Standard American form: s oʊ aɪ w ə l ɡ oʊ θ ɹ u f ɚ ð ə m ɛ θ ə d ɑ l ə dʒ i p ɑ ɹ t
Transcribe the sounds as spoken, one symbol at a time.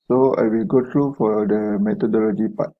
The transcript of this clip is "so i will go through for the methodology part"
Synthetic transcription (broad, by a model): s oʊ aɪ w ə l ɡ oʊ t ɹ u f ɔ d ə m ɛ t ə d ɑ l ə dʒ i p ɑ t